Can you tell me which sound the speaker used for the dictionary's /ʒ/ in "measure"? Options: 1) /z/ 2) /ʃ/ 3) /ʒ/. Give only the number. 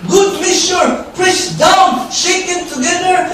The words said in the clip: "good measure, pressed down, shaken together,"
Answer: 2